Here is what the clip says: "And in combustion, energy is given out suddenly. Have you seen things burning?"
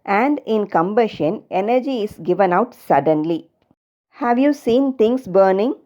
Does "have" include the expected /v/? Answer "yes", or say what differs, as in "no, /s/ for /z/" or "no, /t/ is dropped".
yes